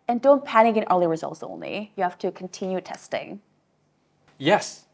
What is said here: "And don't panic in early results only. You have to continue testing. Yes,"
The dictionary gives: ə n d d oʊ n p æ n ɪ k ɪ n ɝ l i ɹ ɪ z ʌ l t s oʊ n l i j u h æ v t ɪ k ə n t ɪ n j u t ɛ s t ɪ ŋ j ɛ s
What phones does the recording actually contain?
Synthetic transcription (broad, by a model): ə n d d oʊ n p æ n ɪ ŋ ɪ n ɝ l i ɹ ɪ z ʌ l t s oʊ n l i j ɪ h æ f t ɪ k n t ɪ n j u t ɛ s t ɪ ŋ j ɛ s